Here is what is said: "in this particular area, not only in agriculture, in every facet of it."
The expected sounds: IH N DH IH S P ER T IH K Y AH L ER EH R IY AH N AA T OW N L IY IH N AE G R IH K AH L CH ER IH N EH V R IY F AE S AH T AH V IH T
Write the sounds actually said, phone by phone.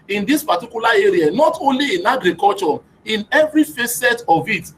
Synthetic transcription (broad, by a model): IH N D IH S P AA T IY K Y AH L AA EH R IY AH N AA T OW N L IY IH N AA G R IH K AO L CH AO IH N EH V R IY F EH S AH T AH V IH T